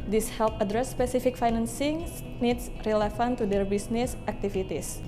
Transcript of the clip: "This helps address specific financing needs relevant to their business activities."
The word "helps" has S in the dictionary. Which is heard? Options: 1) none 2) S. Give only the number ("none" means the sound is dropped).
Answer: 1